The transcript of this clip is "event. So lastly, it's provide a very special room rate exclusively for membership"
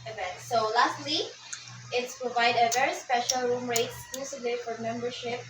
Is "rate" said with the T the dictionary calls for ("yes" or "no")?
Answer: no